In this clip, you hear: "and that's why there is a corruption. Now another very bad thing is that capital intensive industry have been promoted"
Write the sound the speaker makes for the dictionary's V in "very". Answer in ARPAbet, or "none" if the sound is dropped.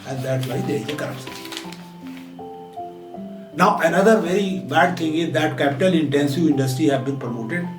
V